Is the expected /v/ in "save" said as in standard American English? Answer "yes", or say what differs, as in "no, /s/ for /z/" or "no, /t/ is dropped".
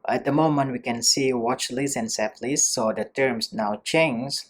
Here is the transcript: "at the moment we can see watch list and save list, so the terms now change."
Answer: no, /p/ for /v/